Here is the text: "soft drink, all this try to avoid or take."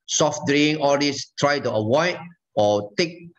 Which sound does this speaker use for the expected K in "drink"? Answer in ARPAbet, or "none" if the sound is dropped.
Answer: none